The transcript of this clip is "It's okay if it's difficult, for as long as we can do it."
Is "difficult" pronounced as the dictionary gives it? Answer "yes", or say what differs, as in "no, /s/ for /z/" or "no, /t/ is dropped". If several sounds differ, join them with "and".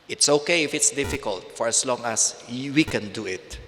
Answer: yes